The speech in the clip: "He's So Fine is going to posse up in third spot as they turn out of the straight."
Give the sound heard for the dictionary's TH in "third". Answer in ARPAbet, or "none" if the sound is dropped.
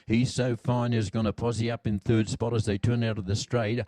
TH